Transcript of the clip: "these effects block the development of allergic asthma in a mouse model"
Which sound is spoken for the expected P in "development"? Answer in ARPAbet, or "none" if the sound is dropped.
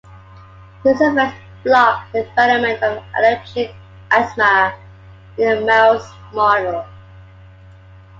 none